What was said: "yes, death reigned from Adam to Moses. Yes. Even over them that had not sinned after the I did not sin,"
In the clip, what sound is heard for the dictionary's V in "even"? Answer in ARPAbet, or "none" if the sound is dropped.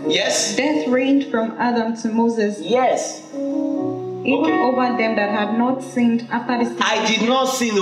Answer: none